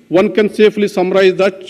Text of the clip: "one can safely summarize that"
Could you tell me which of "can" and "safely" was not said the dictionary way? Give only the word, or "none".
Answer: safely